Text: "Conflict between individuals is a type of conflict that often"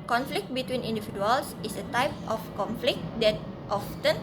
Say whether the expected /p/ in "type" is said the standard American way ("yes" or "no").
yes